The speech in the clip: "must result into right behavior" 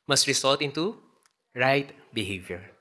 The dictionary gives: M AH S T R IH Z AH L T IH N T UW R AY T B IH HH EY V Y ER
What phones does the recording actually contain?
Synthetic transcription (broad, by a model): M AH S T R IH S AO L T IH N T UW R AY T B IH HH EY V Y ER